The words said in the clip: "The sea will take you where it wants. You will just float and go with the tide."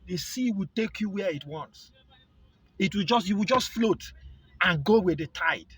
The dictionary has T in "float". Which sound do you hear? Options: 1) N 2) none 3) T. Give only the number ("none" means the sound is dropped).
3